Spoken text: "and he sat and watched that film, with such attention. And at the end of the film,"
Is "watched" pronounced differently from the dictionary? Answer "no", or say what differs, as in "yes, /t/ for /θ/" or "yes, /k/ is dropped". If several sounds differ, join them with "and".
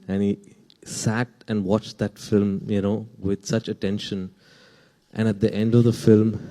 no